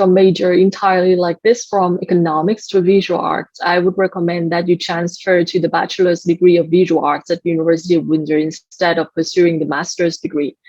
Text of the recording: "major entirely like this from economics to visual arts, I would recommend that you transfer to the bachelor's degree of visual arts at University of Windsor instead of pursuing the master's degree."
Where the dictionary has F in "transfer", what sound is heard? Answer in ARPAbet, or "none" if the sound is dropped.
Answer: F